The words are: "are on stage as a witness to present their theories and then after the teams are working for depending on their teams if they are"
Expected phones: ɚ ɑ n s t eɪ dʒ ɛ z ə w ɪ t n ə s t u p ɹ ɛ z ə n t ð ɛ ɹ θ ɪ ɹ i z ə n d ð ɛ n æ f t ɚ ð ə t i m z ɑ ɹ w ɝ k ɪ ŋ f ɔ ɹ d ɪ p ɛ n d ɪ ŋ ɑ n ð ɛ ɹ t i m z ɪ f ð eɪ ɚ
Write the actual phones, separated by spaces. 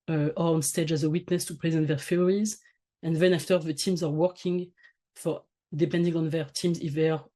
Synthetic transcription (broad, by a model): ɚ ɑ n s t eɪ dʒ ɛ z ə w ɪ t n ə s t u p ɹ ɛ z ə n t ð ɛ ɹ f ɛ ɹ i z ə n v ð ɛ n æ f t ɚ ð ə t i m z ɑ ɹ w ɝ k ɪ ŋ f ɔ ɹ d ɪ p ɛ n d ɪ ŋ ɑ n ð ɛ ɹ t i m z ɪ f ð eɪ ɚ